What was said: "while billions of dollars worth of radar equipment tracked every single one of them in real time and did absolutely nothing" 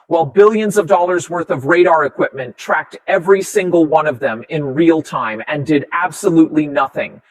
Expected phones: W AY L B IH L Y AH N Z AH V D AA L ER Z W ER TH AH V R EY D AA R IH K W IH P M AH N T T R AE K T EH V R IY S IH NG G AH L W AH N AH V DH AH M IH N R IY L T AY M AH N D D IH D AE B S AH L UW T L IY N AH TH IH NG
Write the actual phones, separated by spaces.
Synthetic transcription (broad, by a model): W AY L B IH L Y AH N Z AH V D AA L ER Z W ER TH AH V R EY D AA R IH K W IH P M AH N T T R AE K T EH V R IY S IH NG G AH L W AH N AH V DH AH M IH N R IY L T AY M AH N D D IH D AE B S AH L UW T L IY N AH TH IH NG